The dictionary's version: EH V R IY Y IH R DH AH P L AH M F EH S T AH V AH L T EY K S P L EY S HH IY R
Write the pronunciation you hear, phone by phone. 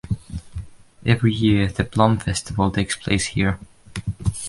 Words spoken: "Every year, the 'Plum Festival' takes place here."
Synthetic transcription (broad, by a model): EH V R IY Y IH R DH AH B L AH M F EH S T AH V AH L T EY K S P L EY S HH IY R